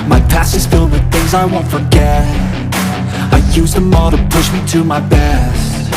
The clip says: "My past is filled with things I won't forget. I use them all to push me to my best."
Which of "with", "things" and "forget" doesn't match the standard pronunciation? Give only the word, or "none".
none